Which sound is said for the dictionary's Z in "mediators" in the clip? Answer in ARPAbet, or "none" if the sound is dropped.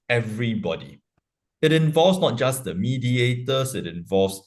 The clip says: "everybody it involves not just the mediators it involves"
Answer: S